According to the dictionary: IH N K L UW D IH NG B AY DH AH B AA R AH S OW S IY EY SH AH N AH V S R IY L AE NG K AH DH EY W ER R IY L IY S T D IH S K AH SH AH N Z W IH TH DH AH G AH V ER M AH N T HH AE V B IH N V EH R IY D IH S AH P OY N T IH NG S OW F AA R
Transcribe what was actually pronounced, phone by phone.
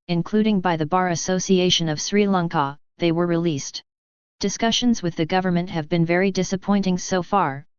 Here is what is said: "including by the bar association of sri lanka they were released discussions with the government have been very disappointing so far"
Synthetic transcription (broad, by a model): IH N K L UW D IH NG B AY DH AH B AA R AH S OW S IY EY SH AH N AH V S R IY L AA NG K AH DH EY W ER R IY L IY S T D IH S K AH SH AH N Z W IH DH AH G AH V ER M AH N T HH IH V B IH N V EH R IY D IH S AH P OY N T IH NG S OW F AA R